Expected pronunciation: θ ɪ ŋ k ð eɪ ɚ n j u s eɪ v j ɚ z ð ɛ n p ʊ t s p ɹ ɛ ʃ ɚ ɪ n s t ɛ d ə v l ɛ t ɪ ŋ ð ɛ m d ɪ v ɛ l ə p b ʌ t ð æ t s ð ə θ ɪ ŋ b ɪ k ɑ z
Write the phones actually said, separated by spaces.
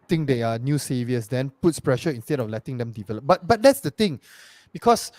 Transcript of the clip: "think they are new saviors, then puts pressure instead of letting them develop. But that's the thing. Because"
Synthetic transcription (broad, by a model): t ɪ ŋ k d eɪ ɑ n j u s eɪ v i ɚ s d ɛ n p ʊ t s p ɹ ɛ ʃ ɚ ɪ n s t ɛ d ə f l ɛ t ɪ ŋ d ɛ m d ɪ v ɛ l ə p b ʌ t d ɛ t s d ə t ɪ ŋ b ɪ k ɑ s